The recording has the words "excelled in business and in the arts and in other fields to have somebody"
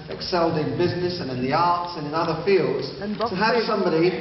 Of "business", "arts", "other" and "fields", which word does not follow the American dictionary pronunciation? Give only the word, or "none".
none